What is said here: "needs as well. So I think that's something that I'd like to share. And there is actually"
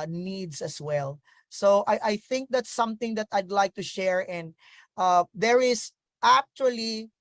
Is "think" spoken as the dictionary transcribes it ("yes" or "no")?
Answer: yes